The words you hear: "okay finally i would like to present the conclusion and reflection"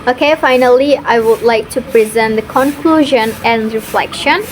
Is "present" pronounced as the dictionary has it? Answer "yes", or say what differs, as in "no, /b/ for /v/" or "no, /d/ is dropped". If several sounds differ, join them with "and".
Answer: yes